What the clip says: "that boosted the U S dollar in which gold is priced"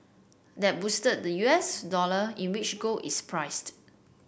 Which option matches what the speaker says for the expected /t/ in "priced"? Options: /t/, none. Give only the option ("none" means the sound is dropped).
/t/